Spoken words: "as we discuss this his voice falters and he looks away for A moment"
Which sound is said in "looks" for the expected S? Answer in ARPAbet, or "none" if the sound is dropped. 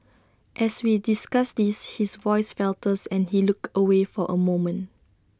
none